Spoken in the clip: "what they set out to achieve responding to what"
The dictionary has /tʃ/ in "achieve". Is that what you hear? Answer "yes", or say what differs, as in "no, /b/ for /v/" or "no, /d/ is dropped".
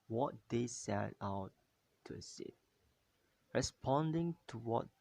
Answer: no, /s/ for /tʃ/